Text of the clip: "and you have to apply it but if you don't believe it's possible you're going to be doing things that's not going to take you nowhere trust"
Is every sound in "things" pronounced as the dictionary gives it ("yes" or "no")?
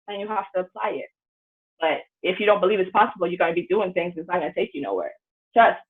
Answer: yes